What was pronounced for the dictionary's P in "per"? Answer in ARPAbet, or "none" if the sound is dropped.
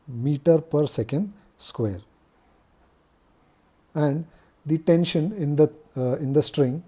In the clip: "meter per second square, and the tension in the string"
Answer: P